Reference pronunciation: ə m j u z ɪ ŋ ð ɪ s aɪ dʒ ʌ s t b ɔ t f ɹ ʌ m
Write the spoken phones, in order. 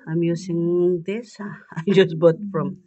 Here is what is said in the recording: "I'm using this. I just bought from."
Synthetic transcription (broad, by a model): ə m j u s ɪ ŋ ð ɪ s aɪ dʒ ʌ s b ɔ t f ɹ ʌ m